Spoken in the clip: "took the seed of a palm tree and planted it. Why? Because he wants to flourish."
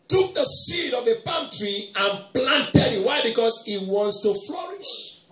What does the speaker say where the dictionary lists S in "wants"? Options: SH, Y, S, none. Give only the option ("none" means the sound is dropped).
S